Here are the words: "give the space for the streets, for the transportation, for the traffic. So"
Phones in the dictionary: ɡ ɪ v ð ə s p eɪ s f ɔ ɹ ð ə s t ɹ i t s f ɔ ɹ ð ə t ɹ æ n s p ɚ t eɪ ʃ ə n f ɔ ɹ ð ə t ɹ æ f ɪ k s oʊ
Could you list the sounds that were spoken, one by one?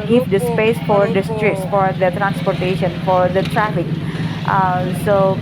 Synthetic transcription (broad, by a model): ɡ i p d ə s p eɪ s f ɔ ɹ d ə s t ɹ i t s f ɔ ɹ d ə t ɹ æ n s p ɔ t eɪ ʃ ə n f ɔ ɹ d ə t ɹ æ f ɪ k s oʊ